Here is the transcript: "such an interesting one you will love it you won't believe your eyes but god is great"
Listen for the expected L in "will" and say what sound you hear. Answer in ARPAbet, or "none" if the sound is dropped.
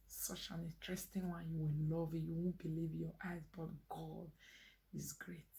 N